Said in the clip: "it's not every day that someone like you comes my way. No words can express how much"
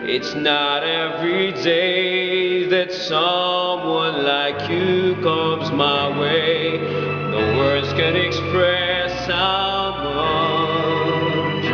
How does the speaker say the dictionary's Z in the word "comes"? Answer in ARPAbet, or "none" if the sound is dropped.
Z